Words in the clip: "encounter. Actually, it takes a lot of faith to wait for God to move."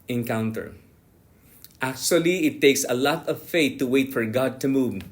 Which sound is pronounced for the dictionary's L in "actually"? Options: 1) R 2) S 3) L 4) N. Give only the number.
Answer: 3